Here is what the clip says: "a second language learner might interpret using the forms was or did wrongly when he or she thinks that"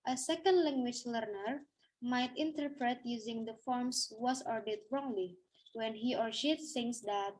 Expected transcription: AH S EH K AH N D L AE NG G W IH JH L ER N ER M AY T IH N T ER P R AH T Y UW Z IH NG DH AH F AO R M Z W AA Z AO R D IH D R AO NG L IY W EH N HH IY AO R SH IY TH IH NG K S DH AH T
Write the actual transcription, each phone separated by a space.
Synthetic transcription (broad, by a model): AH S EH K AH N D L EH NG G W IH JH L ER N ER M AY T IH N T ER P R AH T Y UW Z IH NG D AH F AO R M S W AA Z AO R D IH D R AO NG L IY W EH N HH IY AO R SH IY S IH NG S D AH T